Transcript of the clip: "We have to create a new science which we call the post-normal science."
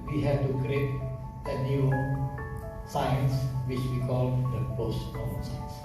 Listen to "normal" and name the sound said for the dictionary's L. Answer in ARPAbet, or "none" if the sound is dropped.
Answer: N